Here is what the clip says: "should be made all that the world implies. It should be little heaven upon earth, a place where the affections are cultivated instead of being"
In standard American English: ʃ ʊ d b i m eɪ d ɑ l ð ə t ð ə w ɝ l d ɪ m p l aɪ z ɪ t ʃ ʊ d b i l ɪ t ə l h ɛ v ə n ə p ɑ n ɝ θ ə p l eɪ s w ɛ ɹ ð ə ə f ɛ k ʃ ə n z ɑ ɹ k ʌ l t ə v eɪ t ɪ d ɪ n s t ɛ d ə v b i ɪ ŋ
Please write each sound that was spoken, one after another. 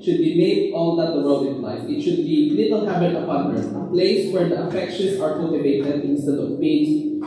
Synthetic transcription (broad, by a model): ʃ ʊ d b i m eɪ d ɑ l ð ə t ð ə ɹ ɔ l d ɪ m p l aɪ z ɪ t ʃ ʊ d b i l ɪ t ə l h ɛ b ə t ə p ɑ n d ə p l eɪ s w ɛ ɹ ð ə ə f ɛ k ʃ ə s ɑ ɹ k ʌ l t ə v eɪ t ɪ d ɪ n s t ɛ d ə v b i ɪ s